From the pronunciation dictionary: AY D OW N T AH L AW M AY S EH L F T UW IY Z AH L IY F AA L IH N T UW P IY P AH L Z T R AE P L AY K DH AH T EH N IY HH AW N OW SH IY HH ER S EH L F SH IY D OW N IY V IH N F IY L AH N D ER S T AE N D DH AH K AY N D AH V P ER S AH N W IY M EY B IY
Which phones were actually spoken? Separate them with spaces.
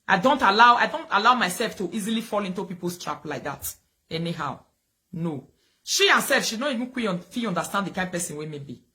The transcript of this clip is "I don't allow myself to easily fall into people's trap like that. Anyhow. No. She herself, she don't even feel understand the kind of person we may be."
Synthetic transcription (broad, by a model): AY D OW N T AH L AW M AY S EH L F T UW IY Z AH L IY F AA L IH N T UW P IY P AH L S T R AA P L AY K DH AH T EH N IY HH AW N OW SH IY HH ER S EH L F SH IY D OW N IY V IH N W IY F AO N D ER S T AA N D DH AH K AY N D P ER S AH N W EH M EY B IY